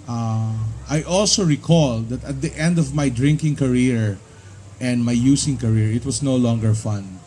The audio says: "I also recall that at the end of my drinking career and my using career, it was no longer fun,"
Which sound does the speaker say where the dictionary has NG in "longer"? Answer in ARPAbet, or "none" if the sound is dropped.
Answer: NG